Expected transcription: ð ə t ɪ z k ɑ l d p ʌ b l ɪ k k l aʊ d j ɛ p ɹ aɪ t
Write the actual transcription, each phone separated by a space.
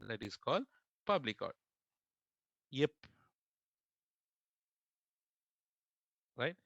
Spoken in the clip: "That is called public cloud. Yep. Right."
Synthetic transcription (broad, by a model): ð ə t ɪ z k ɑ l d p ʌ b l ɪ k k aʊ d j ɛ p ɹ aɪ t